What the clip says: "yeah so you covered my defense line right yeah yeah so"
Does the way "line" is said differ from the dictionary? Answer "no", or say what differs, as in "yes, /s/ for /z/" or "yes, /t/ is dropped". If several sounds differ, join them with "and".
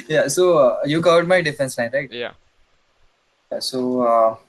yes, /n/ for /l/